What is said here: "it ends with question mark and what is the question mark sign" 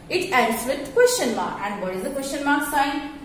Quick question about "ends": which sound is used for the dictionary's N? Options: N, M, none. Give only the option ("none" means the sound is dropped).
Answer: none